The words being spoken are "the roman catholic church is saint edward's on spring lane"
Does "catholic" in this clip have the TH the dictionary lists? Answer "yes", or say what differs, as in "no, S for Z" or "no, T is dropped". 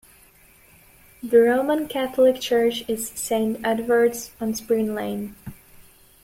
yes